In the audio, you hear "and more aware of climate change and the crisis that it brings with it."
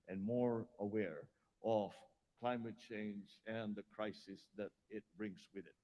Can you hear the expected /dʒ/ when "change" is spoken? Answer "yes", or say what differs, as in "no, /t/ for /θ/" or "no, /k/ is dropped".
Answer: yes